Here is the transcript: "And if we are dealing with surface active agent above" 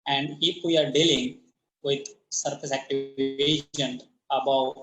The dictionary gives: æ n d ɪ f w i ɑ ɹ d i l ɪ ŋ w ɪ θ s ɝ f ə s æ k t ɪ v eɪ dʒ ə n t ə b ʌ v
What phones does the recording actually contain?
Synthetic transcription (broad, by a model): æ n d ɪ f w i ɑ ɹ d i l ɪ ŋ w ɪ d s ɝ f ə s æ k t ɪ v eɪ ʃ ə n ə b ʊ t